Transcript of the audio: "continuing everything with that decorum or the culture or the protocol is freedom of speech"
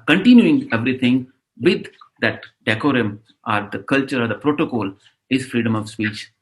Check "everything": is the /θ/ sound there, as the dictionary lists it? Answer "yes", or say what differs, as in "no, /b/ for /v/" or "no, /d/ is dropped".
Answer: no, /t/ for /θ/